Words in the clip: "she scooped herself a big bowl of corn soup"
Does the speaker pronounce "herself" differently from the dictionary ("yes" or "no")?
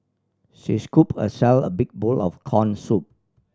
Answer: yes